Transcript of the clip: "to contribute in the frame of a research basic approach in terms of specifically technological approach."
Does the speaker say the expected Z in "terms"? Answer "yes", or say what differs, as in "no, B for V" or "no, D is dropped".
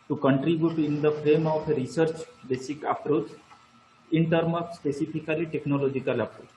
no, Z is dropped